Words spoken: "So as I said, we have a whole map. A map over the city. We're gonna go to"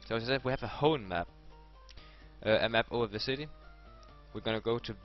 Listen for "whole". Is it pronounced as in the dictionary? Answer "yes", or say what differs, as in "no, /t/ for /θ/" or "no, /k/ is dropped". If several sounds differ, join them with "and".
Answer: no, /n/ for /l/